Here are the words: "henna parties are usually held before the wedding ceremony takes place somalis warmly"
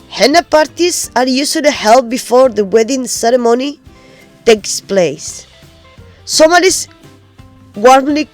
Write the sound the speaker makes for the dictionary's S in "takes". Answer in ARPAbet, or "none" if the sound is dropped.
S